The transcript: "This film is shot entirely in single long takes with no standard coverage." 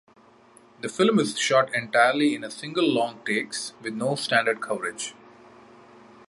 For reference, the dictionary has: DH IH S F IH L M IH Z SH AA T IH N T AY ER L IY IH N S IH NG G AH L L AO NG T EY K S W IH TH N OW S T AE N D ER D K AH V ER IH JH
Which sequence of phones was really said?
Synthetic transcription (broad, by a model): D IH F IH L M IH Z SH AA T IH N T AY ER L IY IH N S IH NG G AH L L AO NG T EY K S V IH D N OW S T AE N D ER D K AH V ER IH JH